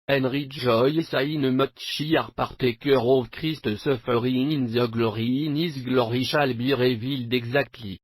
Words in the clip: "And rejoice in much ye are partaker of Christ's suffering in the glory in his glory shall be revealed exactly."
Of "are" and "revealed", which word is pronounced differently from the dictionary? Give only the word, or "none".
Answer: none